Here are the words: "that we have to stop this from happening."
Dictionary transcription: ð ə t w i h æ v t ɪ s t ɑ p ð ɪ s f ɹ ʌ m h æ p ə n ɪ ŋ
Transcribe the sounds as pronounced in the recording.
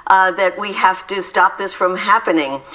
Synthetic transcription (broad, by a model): ð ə t w i h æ f t ɪ s t ɑ p ð ɪ s f ɹ ʌ m h æ p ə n ɪ ŋ